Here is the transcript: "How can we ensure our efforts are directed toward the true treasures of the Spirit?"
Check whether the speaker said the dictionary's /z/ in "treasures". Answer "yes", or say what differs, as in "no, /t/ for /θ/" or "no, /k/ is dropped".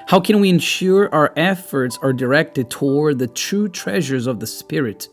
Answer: yes